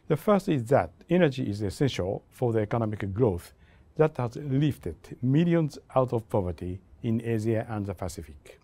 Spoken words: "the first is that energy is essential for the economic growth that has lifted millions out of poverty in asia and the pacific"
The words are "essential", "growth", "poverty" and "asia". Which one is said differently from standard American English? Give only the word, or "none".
asia